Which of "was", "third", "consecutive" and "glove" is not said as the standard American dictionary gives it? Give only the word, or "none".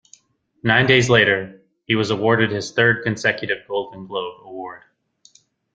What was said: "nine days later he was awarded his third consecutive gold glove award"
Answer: glove